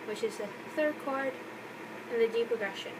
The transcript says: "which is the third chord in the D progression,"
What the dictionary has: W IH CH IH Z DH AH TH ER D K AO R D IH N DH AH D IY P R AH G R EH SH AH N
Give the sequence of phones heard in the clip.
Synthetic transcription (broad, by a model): W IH CH IH Z DH AH TH ER D K AO R D IH N DH AH D IY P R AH G R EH SH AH N